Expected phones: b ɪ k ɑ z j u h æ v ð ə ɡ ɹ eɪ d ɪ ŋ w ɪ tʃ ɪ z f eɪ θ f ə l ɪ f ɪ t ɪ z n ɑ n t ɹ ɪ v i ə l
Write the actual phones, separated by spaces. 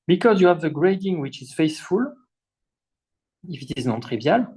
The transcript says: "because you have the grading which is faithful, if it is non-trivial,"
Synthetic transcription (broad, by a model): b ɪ k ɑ z j u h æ v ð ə ɡ ɹ eɪ d ɪ ŋ w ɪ tʃ ɪ z f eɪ s f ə l ɪ f ɪ t ɪ z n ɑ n t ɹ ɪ v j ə l